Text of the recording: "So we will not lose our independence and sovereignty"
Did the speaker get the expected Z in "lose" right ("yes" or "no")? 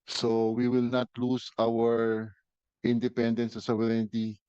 no